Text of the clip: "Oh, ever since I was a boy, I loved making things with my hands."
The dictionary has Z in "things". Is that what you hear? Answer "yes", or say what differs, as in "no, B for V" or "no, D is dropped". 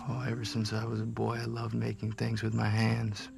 yes